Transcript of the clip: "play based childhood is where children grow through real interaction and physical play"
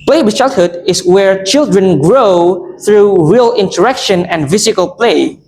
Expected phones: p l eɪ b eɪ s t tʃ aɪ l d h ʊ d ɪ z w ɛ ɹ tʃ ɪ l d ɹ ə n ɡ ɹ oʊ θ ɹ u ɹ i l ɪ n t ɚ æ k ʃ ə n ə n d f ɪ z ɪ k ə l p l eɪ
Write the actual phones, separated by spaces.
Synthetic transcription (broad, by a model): p l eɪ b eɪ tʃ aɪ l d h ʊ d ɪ s w ɛ ɹ tʃ ɪ l d ɹ ə n ɡ ɹ oʊ θ ɹ u ɹ i l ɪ n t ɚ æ k ʃ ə n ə n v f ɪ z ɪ k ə l p l eɪ